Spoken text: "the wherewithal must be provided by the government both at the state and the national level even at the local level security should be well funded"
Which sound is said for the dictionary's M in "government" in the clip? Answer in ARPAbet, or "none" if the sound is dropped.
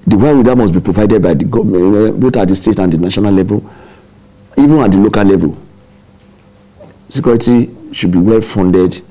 none